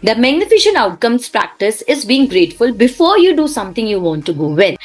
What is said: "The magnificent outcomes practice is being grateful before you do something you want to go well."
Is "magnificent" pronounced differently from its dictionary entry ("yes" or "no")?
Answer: yes